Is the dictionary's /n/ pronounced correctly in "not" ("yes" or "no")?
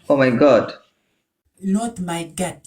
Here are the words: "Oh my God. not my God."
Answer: no